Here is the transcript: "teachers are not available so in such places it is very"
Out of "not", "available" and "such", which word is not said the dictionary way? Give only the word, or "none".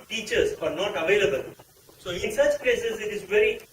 none